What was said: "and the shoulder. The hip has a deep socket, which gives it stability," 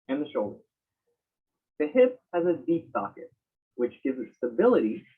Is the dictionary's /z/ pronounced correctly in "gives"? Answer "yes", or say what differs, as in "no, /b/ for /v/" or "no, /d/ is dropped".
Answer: yes